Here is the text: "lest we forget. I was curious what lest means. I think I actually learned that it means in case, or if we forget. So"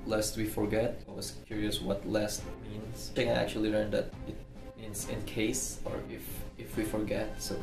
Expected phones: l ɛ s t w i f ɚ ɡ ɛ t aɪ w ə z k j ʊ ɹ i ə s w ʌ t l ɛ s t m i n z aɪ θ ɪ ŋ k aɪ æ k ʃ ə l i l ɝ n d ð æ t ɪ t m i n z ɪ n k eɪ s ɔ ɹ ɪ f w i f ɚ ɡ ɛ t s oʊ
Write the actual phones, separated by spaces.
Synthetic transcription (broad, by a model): l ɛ s t w i f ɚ ɡ ɛ t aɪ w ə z k j ʊ ɹ i ə s w ʌ t l ɛ s t m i n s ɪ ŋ aɪ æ k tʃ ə l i l ɝ n d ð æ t ɪ t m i n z ɪ n k eɪ s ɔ ɹ ɪ f w i f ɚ ɡ ɛ t s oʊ